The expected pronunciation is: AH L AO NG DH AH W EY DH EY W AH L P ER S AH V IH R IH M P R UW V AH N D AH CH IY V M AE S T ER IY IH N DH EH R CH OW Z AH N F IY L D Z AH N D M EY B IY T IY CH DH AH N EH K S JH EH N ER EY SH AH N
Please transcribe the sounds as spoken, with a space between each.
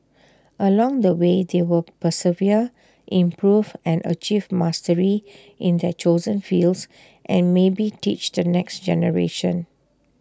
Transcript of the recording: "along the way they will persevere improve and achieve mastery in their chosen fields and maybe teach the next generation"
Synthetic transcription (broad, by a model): AH L AO NG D AH W EY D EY W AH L P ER S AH V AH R IH M P R UW V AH N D AH CH IY V M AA S T ER IY IH N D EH CH OW Z AH N F IY L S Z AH N M EY B IY T IY CH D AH N EH K S JH EH N ER EY SH AH N